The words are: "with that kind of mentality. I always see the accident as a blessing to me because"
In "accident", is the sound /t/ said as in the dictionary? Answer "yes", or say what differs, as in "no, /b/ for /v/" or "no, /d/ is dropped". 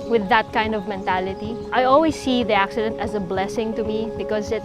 yes